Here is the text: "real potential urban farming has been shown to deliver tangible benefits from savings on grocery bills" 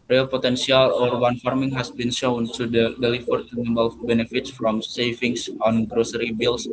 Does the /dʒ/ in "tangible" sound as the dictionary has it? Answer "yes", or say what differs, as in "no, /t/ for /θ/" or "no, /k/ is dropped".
no, /dʒ/ is dropped